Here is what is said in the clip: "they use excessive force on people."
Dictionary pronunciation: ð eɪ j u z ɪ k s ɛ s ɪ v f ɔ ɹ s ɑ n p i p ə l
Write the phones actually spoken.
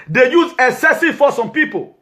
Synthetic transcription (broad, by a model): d eɪ j u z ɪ s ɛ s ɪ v f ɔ s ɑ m p i p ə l